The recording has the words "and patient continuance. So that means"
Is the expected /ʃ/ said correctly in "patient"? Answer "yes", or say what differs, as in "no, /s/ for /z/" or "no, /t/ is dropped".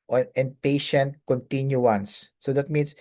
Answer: yes